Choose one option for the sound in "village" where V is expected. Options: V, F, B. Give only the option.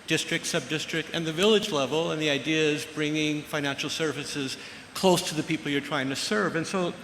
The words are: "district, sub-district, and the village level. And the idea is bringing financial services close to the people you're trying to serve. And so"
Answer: V